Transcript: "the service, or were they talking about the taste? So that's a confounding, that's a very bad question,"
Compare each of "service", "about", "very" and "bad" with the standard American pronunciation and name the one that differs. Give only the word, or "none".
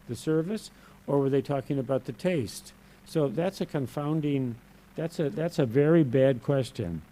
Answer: none